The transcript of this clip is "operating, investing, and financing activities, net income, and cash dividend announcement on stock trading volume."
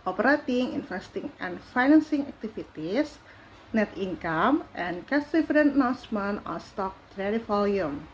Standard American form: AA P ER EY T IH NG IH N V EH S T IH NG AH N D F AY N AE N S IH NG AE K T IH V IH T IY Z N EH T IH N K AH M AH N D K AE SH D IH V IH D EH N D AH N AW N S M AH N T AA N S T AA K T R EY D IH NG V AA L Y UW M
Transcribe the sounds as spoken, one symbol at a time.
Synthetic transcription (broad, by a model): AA P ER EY T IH NG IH N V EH S T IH NG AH N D F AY N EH N S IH NG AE K T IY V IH T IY S N EH T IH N K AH M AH N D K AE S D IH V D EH N N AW S M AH N AA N S T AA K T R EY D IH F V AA L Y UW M